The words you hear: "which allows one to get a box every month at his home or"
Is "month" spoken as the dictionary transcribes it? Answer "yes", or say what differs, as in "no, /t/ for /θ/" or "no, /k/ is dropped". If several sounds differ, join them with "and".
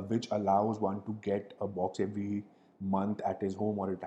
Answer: no, /t/ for /θ/